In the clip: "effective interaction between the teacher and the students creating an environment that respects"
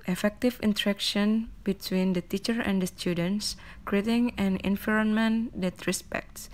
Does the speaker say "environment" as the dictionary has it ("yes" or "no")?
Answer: no